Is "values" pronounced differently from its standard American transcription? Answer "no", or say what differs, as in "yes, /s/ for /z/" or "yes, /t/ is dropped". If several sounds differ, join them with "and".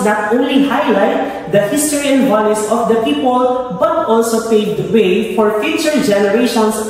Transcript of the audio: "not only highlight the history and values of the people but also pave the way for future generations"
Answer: yes, /s/ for /z/